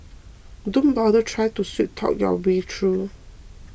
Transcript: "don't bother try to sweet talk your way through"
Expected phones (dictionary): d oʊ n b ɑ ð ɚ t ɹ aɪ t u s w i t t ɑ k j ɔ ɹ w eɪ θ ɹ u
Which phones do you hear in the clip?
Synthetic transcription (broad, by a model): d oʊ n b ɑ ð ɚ t ɹ aɪ t u s w i t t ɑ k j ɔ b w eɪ t ɹ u